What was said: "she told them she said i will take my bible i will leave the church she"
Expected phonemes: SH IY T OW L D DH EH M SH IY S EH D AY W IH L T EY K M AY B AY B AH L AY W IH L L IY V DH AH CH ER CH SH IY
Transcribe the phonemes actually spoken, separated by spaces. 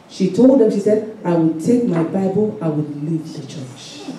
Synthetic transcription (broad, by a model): SH IY T OW L D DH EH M SH IY S EH D AY W IH L T EY K M AY B AY B AH L AY W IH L L IY V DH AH CH ER CH